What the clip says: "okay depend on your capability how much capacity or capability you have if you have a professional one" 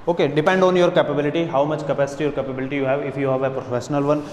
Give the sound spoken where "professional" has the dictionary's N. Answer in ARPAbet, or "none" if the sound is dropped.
N